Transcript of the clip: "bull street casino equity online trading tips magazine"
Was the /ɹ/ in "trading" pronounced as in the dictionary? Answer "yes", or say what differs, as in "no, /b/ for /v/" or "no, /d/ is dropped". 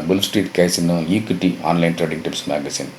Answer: yes